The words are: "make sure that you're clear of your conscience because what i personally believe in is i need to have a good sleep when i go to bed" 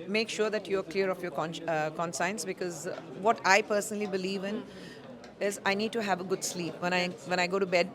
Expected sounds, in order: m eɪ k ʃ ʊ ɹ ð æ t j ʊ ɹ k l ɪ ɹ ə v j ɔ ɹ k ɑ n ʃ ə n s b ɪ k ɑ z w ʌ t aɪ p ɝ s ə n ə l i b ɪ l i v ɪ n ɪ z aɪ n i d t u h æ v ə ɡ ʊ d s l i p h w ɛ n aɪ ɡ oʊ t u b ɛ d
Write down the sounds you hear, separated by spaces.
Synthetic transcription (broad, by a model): m eɪ k ʃ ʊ ɹ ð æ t j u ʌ k l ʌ ɹ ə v j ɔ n k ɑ n s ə n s b ɪ k ɑ z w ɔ t aɪ p ɝ s ə n ə l i b ɪ l i v ɪ n ɪ z aɪ n i d t u h æ v ə ɡ ʊ d s l i p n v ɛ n aɪ ɡ oʊ t u b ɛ d